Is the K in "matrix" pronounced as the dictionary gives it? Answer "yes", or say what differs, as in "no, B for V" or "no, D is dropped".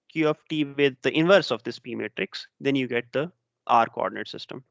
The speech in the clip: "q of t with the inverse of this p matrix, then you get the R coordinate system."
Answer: yes